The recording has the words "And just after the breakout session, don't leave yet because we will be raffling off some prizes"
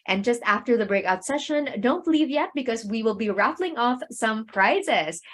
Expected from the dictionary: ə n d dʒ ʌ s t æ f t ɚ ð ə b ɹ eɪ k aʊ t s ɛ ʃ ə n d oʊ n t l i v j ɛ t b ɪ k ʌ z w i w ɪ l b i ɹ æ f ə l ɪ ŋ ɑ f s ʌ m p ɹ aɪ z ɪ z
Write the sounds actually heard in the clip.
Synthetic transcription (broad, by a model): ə n dʒ ʌ s t æ f t ɚ ð ə b ɹ eɪ k aʊ t s ɛ ʃ ə n d oʊ n t l i v j ɛ t b ɪ k ʌ z w i w ɪ l b i ɹ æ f l ɪ ŋ ɑ f s ʌ m p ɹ aɪ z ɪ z